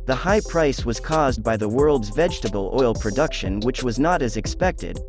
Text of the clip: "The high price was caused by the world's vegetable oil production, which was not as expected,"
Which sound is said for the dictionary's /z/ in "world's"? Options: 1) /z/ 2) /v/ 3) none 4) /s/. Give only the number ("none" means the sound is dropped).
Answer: 1